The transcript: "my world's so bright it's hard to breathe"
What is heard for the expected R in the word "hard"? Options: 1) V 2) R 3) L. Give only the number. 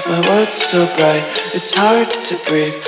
2